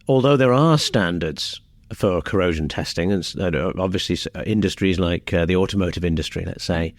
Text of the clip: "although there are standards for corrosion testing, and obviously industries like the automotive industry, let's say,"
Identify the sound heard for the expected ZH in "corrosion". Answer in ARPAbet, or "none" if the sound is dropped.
ZH